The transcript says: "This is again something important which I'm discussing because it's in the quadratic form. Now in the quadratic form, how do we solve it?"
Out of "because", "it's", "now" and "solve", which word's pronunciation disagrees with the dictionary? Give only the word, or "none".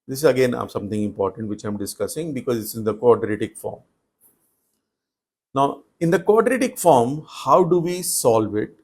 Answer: none